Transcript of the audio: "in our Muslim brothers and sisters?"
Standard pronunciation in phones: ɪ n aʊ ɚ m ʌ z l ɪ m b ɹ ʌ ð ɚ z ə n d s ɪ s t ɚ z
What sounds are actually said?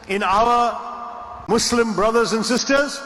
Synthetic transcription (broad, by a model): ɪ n aʊ ɚ m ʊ s l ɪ m b ɹ ʌ ð ɚ z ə n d s ɪ s t ɚ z